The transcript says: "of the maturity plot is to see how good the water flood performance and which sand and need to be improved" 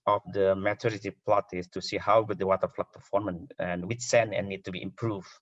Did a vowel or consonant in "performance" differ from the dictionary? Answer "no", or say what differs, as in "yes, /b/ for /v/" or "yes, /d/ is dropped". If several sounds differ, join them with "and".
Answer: yes, /s/ is dropped